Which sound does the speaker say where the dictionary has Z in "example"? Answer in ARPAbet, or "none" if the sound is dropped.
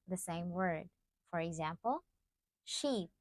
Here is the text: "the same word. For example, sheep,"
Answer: Z